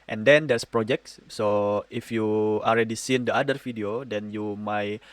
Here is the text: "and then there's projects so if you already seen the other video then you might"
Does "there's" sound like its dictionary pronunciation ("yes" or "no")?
no